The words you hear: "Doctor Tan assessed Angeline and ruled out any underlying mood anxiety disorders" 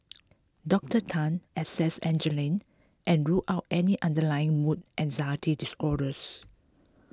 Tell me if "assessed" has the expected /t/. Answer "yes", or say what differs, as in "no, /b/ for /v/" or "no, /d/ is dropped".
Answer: no, /t/ is dropped